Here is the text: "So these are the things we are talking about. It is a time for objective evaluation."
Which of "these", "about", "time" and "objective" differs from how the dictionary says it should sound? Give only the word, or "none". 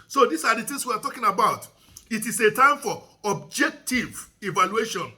these